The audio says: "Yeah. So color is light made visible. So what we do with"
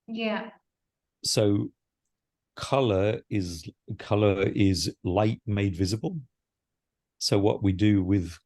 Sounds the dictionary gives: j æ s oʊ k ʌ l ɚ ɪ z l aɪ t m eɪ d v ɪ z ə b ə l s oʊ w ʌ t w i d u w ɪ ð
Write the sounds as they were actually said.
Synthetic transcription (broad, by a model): j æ s oʊ k ʌ l ɚ ɪ z l aɪ t m eɪ d v ɪ z ə b ə l s oʊ w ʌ t w i d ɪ w ɪ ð